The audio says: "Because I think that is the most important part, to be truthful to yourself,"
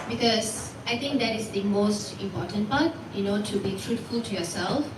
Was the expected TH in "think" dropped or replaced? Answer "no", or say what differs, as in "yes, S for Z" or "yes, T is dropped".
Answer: yes, T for TH